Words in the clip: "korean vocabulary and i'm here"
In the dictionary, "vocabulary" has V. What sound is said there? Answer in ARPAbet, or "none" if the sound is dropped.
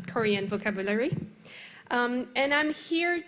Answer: V